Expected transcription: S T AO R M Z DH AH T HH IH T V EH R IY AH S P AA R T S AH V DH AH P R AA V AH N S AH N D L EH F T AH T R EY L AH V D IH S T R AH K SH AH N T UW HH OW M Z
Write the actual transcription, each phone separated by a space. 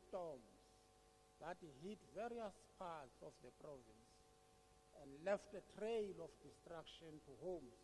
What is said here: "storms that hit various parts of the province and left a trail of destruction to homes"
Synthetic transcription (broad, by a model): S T AO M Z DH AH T HH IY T V EH R IY AH S P AA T S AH F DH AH P R AA V AH N S AH N D L EH F T AH T R EY L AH F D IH S T R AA K SH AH N T UW HH OW M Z